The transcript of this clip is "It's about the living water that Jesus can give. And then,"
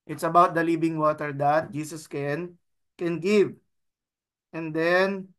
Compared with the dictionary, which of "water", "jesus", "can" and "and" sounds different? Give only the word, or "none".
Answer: jesus